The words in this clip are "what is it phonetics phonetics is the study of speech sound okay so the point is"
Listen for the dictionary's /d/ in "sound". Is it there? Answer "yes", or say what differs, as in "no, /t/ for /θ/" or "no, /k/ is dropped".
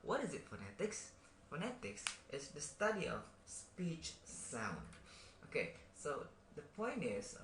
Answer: yes